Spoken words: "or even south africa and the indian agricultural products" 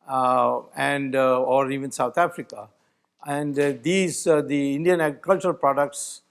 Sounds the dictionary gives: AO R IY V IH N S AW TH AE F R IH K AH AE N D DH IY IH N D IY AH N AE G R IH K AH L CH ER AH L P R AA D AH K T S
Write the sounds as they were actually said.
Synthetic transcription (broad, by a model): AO R IY V IH N S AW T AE F R IH K AH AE N D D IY IH N D IY AH N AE G R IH K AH L CH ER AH L P R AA D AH K T S